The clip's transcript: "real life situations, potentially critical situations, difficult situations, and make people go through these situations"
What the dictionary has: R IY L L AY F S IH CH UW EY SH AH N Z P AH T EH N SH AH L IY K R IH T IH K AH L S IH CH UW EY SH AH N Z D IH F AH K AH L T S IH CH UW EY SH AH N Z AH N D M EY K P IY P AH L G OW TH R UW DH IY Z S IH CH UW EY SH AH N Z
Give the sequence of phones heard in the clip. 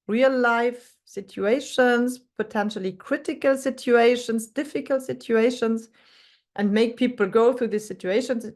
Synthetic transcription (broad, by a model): R IY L L AY F S IH CH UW EY SH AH N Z P AH T EH N SH AH L IY K R IH T IH K AH L S IH CH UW EY SH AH N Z D IH F AH K AH L T S IH CH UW EY SH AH N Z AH N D M EY K P IY P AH L G OW TH R UW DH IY S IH CH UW EY SH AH N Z